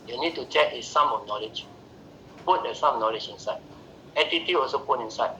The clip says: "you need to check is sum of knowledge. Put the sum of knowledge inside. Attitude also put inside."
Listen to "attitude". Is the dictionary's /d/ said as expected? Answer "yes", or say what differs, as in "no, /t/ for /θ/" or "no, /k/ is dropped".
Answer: no, /d/ is dropped